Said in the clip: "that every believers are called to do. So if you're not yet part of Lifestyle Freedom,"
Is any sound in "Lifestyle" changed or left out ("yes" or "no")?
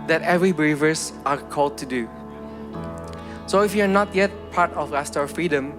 yes